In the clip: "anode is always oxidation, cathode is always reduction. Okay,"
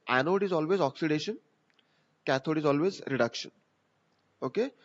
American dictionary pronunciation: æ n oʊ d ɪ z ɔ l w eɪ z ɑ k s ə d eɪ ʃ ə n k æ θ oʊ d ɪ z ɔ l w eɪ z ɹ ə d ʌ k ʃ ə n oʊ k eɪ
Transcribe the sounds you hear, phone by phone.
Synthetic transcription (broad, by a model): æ n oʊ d ɪ z ɔ l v eɪ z ɑ k s ə d eɪ ʃ ə n k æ t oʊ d ɪ z ɔ l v eɪ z ɹ ə d ʌ k ʃ ə n oʊ k eɪ